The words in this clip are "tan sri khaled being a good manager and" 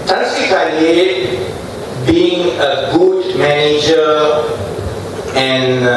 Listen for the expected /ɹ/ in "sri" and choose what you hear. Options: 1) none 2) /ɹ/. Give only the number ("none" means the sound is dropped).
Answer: 1